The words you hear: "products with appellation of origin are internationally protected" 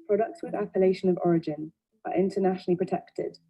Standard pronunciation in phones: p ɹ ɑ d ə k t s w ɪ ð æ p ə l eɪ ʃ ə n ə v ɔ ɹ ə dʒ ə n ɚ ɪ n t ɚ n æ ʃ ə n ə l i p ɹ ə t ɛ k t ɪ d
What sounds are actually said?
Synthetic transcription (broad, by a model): p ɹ ɑ d ə k t s w ɪ ð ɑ p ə l eɪ ʃ ə n ə v ɔ ɹ ə dʒ ə n ɚ ɪ n t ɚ n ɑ ʃ ə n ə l i p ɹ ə t ɛ k t ɪ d